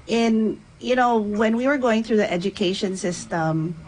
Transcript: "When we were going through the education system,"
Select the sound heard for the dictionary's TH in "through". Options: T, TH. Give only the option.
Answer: TH